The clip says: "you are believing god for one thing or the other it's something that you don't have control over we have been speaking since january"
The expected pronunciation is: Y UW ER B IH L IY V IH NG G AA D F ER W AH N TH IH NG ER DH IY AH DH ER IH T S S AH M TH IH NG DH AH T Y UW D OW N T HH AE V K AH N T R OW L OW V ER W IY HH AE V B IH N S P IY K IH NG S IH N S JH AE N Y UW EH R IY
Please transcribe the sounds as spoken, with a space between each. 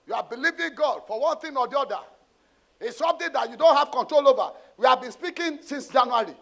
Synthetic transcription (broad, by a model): Y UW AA B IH L IY V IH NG G AA D F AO W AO N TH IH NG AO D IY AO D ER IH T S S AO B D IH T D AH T Y UW D OW N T HH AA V K AH N T R OW L OW V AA W IY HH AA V B IH N S P IY K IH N S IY N S JH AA N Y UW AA R IY